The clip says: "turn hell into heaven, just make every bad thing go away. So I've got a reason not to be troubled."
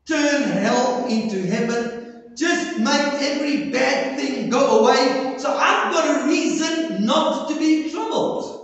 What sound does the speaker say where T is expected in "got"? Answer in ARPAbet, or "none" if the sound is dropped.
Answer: T